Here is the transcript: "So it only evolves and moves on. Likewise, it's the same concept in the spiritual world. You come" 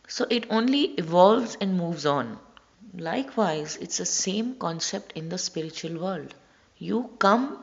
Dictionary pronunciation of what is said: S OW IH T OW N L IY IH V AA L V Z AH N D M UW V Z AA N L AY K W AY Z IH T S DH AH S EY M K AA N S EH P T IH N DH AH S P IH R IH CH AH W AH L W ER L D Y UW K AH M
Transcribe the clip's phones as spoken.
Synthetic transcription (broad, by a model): S OW IH T OW N L IY IH V AA L V Z AH N D M UW V Z AA N L AY K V AY Z IH T S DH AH S EY M K AA N S EH P T IH N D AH S P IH R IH CH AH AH L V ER L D Y UW K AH M